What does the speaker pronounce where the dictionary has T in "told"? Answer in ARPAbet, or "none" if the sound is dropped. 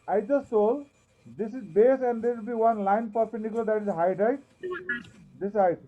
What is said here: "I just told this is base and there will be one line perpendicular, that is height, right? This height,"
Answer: S